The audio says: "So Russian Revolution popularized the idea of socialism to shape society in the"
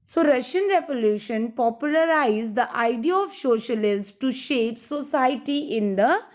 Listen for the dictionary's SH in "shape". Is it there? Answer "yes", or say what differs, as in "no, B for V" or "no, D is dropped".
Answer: yes